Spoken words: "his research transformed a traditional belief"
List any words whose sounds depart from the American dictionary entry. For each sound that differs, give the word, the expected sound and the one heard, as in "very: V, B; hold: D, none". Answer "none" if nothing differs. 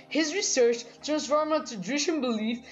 transformed: D, none; traditional: R, none; traditional: N, none; traditional: L, N